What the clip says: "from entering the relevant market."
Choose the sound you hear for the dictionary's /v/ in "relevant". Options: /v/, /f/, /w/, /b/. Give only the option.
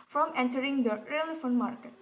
/f/